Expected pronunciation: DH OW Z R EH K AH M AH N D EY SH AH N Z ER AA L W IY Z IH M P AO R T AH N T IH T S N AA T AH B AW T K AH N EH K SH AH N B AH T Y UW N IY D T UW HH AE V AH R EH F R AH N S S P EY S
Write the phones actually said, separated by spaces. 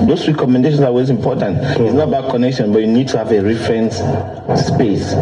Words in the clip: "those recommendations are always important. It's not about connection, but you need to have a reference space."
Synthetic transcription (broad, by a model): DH OW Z R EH K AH M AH N D EY SH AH N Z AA W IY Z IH M P AO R T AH N T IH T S N AA T AH B AW T K AH N EH K SH AH N B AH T Y UW N IY D T UW HH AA V AH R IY F R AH N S S P EY S